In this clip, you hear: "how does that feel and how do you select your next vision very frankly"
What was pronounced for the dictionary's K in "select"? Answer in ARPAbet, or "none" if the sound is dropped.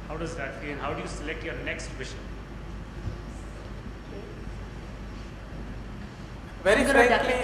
K